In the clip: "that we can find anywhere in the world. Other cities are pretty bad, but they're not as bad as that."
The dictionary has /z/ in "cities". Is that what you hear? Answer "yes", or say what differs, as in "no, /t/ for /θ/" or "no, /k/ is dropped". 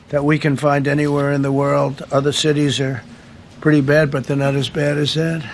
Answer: yes